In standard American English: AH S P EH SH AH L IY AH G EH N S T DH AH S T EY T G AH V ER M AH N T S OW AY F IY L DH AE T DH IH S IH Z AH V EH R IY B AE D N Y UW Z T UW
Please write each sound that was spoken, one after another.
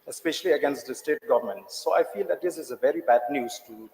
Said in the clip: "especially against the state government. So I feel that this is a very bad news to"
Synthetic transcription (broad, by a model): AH S P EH SH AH L IY AH G EH N S T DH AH S T EY T G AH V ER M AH N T S OW AY F IY L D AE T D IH S IH Z AH V EH R IY B AE D N Y UW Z T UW